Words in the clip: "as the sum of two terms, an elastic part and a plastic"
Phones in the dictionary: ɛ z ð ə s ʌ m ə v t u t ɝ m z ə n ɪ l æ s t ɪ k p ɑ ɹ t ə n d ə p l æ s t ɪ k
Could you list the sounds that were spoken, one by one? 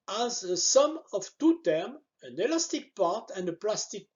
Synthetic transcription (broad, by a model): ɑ z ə s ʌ m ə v t u t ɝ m ə n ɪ l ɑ s t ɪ k p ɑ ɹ t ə n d ə p l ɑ s t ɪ k